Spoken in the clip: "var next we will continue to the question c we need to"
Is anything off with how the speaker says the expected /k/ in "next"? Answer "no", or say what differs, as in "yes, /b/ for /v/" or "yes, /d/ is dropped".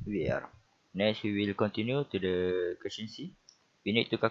yes, /k/ is dropped